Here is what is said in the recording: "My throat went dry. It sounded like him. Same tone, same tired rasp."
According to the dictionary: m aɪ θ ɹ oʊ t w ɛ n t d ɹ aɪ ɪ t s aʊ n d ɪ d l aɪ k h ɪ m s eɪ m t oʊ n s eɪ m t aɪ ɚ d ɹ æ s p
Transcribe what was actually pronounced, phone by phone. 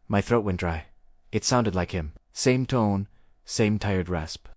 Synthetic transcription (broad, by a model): m aɪ θ ɹ oʊ t w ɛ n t d ɹ aɪ ɪ t s aʊ n d ɪ d l aɪ k h ɪ m s eɪ m t oʊ n s eɪ m t aɪ ɚ d ɹ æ s p